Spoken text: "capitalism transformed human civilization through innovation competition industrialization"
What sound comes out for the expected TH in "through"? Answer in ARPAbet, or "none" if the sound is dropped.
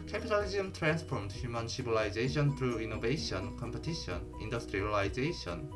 T